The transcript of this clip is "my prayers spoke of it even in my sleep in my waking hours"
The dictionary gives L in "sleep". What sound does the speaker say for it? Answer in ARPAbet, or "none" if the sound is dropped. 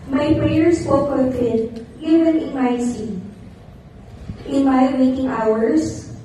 none